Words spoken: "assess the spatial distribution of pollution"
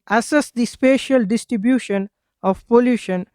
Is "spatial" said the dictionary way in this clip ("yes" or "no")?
yes